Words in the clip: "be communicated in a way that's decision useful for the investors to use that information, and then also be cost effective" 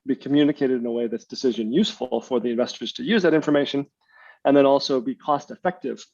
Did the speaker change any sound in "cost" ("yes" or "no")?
no